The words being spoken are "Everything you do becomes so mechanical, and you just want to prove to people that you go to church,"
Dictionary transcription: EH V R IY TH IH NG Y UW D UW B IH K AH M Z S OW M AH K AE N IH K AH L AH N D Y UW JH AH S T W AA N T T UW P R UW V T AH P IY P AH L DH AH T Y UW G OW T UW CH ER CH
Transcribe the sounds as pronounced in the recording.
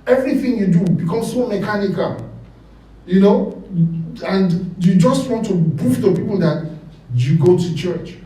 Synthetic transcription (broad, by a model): EH V R IY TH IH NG Y UW D UW B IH K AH M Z S OW M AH K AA N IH K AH L AH N D Y UW JH AH S T W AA N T T UW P UW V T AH P IY P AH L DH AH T Y UW G OW T UW CH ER CH